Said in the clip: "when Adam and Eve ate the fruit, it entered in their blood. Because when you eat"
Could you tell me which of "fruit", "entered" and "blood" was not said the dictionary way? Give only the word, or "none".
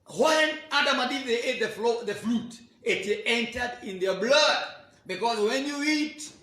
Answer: fruit